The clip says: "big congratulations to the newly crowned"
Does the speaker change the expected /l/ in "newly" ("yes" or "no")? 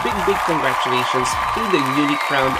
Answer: yes